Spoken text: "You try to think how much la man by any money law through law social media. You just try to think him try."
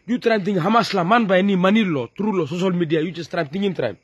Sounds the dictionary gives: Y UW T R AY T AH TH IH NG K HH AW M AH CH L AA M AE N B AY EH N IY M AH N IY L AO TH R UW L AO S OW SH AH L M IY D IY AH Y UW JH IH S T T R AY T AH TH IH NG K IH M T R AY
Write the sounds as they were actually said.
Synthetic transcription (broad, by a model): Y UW T R AY T AH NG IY HH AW M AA S L AA M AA N B AY EH N IY M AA N IY L AO T R UW L AO S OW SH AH L M IY D IY AH Y UW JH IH S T T R AY T AH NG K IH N T R AY